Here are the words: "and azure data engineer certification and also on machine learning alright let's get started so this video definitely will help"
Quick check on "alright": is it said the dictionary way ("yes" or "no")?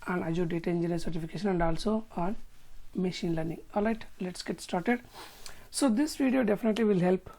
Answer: no